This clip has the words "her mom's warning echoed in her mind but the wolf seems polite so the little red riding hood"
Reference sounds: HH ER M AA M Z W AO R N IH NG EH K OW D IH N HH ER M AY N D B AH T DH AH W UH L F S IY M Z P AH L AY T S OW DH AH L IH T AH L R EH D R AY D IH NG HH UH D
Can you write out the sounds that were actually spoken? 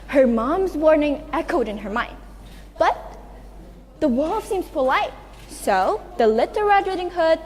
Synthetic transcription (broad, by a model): HH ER M AA M Z W AO R N IH NG EH K OW D IH N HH ER M AY N D B AH T DH AH W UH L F S IY M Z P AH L AY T S OW DH AH L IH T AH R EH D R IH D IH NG HH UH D